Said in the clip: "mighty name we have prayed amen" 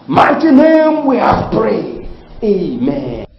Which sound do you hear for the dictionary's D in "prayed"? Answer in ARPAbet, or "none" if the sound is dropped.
none